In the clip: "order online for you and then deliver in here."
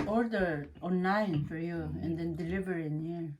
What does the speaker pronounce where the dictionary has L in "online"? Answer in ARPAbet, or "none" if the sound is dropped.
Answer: none